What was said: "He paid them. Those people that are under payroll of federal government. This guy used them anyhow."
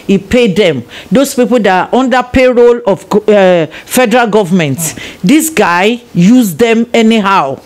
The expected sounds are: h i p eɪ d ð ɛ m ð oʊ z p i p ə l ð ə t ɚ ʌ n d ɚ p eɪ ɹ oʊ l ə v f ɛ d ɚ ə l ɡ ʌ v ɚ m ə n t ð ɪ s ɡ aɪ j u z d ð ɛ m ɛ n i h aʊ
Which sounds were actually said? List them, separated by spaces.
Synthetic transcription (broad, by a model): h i p eɪ d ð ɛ m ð oʊ s p i p ə l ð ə t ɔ n d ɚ p eɪ ɹ oʊ l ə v f ɛ d ɚ ə l ɡ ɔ v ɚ m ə n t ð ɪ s ɡ aɪ j u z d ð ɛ m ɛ n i h aʊ